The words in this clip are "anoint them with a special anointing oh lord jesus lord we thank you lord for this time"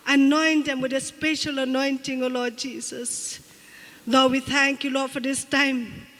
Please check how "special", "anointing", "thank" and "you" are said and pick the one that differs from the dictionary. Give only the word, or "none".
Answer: none